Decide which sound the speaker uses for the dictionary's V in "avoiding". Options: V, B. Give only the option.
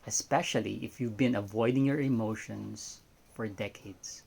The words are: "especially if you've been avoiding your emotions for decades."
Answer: V